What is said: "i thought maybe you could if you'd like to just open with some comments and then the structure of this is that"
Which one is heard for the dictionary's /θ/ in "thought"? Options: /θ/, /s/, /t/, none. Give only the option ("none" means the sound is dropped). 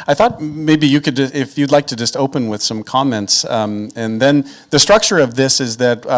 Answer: /θ/